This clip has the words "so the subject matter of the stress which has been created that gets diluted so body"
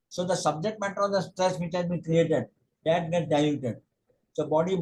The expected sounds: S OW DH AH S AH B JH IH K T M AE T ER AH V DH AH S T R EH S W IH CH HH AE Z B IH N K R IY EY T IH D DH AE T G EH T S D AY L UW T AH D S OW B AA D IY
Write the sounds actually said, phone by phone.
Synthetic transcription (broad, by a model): S OW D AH S AH B JH IH K T M AE T ER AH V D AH S T R EH S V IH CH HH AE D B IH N K R IY EY T IH D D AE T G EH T D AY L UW T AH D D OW B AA D IY